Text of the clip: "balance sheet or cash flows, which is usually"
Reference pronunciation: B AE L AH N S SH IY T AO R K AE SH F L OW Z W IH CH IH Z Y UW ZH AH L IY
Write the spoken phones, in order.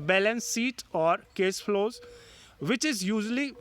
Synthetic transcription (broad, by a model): B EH L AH N S IY T AO R K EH S F L OW Z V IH CH IH Z Y UW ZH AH L IY